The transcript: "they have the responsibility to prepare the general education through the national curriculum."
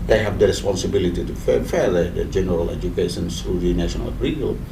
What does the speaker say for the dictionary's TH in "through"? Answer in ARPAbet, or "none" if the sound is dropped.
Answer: S